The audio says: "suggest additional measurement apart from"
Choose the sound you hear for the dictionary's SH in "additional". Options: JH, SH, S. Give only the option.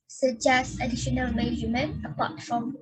SH